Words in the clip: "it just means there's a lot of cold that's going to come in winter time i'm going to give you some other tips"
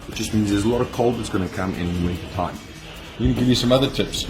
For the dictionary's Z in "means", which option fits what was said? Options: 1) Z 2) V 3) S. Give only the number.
1